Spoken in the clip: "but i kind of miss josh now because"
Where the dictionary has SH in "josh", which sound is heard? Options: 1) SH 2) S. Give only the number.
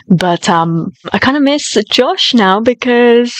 1